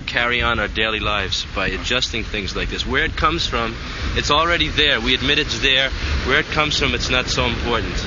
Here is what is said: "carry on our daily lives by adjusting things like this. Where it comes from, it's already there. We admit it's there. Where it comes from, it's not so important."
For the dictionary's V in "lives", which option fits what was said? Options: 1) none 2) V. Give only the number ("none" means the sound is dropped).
2